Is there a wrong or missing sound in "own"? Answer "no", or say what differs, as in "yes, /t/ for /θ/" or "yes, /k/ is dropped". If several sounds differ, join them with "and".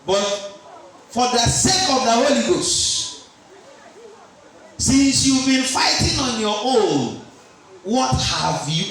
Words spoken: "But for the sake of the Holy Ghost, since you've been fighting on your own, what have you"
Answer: yes, /l/ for /n/